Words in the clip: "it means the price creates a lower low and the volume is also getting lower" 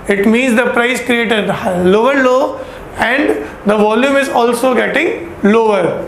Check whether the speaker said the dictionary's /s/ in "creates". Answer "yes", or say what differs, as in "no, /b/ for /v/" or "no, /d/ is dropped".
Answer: no, /s/ is dropped